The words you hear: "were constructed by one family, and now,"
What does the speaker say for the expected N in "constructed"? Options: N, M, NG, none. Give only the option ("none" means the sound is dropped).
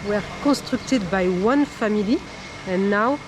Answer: none